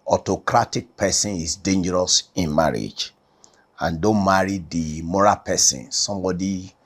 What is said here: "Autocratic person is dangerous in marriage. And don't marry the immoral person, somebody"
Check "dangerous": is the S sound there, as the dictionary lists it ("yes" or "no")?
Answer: yes